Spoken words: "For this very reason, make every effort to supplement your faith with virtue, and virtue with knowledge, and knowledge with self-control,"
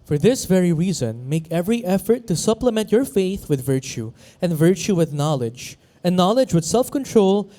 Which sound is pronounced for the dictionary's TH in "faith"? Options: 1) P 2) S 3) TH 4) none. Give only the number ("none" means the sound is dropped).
3